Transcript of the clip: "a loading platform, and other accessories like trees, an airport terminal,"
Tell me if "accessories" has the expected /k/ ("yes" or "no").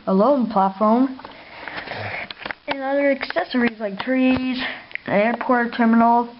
yes